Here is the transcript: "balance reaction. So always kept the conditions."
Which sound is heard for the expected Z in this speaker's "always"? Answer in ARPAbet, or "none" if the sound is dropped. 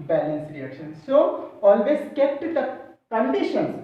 S